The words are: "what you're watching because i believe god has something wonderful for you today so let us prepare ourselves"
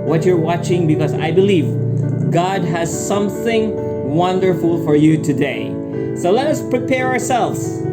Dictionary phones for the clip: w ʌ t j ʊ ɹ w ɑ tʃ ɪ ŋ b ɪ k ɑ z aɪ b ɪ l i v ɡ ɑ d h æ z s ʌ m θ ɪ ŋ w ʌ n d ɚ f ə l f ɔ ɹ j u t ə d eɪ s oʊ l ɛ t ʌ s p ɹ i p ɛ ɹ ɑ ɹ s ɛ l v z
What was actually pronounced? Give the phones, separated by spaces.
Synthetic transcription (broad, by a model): w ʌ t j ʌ ɹ w ɑ tʃ ɪ ŋ b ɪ k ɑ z aɪ b ɪ l i v ɡ ɑ d h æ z s ʌ m θ ɪ ŋ w ʌ n d ɚ f ə l f ɔ ɹ j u t ə d eɪ s oʊ l ɛ t ʌ s p ɹ i p ɛ ɹ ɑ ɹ s ɛ l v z